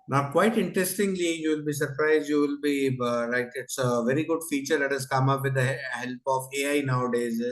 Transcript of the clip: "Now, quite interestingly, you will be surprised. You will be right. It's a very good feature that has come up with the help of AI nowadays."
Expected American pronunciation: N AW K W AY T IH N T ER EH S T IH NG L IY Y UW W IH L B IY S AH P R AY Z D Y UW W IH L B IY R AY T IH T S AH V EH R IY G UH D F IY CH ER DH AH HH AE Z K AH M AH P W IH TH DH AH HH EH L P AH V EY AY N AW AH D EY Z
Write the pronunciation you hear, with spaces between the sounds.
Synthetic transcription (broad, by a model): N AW K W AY T IH N T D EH S T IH NG L IY Y UW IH L B IY S AH P R AY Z Y UW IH L B IY L AY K IH T S AH V EH R IY G UH D F IY CH ER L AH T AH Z K AH M AH P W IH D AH HH EH L P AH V EY AY N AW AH D EY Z